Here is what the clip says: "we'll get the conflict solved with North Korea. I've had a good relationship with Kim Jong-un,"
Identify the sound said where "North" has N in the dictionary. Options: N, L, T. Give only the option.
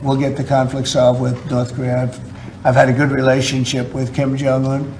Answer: N